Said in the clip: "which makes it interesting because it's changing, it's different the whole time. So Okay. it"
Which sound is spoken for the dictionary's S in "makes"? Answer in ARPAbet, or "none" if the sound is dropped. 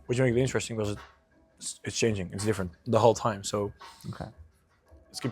none